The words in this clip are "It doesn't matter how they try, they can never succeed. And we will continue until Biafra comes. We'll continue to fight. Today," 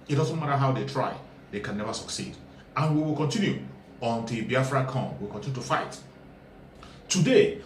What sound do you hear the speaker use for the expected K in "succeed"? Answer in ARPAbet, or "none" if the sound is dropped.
K